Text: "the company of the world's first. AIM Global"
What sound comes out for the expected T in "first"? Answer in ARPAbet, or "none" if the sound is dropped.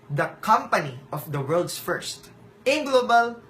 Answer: T